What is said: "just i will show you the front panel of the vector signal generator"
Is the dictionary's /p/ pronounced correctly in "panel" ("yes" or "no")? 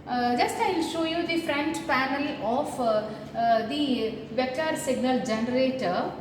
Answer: no